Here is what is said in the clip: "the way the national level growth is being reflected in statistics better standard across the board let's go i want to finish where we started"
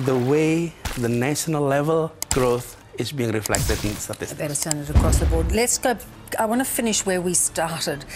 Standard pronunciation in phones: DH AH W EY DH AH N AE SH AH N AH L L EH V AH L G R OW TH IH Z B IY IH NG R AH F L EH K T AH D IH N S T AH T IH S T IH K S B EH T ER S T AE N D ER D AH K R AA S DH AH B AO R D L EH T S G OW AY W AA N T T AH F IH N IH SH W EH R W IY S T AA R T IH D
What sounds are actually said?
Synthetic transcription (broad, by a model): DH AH W EY DH AH N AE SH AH N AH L L EH V AH L G R OW TH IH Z B IY IH NG R AH F L EH K T AH D IH N S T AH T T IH S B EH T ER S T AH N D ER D AH K R AA S DH AH B AO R D L EH T S G OW AY W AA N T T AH F IH N IH SH W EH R W IY S T AA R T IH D